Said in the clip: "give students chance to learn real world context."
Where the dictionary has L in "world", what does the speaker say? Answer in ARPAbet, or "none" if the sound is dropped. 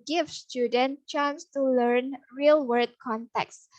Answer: none